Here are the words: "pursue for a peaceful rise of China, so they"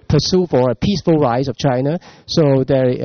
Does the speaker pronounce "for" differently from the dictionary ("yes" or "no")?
no